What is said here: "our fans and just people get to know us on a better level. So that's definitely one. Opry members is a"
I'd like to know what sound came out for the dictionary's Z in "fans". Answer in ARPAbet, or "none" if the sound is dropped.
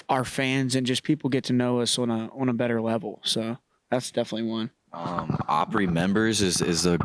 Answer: Z